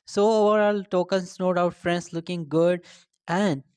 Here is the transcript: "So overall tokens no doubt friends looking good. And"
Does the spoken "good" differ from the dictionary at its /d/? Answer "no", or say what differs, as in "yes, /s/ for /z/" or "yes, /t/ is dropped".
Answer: no